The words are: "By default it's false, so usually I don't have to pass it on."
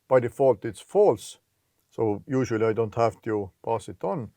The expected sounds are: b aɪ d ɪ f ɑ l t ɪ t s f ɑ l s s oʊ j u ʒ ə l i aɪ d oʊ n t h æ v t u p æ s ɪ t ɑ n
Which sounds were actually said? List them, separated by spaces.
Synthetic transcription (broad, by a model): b aɪ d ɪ f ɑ l t ɪ t s f ɑ l s s oʊ j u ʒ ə l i aɪ d oʊ n t h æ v t u p æ s ɪ t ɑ n